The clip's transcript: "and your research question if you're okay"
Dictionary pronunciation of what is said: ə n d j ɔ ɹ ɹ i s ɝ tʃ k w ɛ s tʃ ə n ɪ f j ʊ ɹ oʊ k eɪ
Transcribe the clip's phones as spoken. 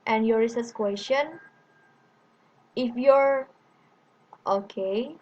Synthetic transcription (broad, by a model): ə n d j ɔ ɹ ɹ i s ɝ s k w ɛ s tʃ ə n ɪ f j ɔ ɹ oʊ k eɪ